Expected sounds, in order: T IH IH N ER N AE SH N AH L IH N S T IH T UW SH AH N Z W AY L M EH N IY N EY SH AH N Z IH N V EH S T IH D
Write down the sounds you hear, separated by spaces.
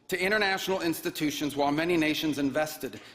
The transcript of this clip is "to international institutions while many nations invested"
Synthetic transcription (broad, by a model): T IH IH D ER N AE SH N L IH N S T IH T UW SH AH N Z W AY L M EH N IY N EY SH AH N Z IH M V EH S T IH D